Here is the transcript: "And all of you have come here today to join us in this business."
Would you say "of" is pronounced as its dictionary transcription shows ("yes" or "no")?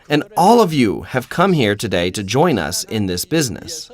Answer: yes